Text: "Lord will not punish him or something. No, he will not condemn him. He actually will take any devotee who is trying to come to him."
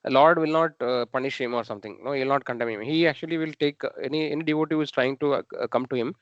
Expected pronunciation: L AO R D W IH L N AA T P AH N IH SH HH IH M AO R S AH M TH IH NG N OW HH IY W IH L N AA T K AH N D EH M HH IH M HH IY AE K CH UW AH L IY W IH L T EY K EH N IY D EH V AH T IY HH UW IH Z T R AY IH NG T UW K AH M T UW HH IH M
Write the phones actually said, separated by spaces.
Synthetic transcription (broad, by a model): L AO R D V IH L N AA T P AH N IH SH HH IH M AO R S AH M T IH NG N OW HH IY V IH L N AA T K AH N D EH M HH IH M HH IY AE K CH UW AH L IY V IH L T EY K EH N IY D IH V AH T IY HH UW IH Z T R AY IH NG T UW K AH M T UW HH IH M